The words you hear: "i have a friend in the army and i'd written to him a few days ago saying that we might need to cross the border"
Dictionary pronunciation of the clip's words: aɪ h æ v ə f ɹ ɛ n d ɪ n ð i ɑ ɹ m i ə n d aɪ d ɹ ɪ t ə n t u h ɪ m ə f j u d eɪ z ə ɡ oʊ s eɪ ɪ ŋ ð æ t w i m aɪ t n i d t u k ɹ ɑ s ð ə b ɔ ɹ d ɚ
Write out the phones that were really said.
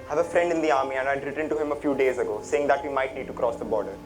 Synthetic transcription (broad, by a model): h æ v ə f ɹ ɛ n d ɪ n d i ɑ ɹ m i ə n d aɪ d ɹ ɪ t ə n t u h ɪ m ə f j u d eɪ z ə ɡ oʊ s eɪ ɪ ŋ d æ t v i m aɪ t n i d t u k ɹ ɑ s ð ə b ɔ ɹ d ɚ